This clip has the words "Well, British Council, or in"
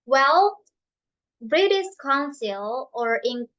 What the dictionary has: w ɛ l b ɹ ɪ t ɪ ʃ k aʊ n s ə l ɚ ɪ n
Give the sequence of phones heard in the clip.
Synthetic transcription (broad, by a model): w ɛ l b ɹ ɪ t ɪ s k aʊ n s ə l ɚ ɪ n